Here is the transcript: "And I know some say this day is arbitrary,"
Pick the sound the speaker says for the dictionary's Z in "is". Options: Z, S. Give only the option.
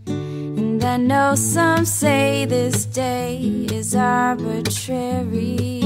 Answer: Z